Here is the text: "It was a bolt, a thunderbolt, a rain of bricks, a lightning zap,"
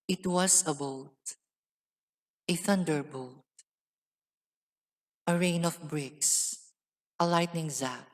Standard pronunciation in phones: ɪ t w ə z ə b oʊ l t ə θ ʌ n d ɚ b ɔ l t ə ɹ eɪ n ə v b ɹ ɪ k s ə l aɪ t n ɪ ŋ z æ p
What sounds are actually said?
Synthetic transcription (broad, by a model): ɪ t w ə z ə b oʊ t ə θ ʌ n d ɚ b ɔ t t ə ɹ eɪ n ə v b ɹ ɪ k s ə l aɪ t n ɪ ŋ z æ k